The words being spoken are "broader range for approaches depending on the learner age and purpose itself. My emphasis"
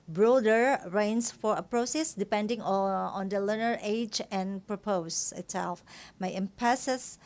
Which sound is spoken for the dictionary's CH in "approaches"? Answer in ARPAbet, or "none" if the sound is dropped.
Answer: S